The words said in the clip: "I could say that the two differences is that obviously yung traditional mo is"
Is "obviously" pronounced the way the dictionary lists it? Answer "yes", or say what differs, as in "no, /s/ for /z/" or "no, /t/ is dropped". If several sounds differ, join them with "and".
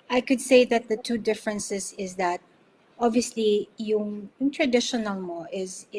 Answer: yes